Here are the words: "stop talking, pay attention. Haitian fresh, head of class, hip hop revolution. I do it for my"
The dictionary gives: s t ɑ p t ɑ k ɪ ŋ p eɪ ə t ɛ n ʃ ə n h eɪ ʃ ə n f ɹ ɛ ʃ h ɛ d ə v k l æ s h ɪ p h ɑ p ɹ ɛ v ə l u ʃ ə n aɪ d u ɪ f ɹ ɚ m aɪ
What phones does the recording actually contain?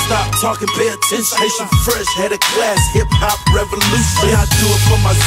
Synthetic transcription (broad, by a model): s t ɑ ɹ t ɑ k ɪ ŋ b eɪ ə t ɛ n s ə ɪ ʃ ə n f ɹ ɛ ʃ h ɛ d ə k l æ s h ɪ p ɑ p ɹ ɛ v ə l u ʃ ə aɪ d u ɪ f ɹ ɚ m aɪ